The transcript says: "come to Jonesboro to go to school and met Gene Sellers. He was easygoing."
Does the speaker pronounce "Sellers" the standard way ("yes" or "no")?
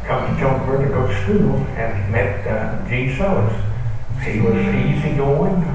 no